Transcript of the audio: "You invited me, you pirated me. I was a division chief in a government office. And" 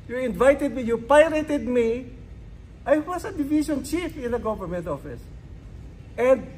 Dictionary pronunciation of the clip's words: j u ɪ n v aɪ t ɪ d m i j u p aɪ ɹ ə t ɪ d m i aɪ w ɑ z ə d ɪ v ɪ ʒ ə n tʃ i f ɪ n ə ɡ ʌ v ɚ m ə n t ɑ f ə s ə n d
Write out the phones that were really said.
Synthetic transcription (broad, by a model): j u ɪ n v aɪ t ɪ d m i j u p aɪ ɹ ə t ɪ d m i aɪ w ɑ s ə d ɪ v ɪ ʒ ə n tʃ i f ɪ n ə ɡ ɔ v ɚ m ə n t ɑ f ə s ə n d